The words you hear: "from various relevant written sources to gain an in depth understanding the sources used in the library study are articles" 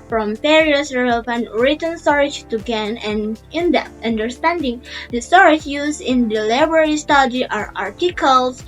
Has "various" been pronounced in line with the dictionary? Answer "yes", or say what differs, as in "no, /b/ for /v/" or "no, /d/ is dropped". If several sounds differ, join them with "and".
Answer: no, /p/ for /v/